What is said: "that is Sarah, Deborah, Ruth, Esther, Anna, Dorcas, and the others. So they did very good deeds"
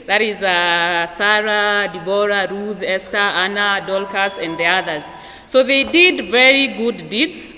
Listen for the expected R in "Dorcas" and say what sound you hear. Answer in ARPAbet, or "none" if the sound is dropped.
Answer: L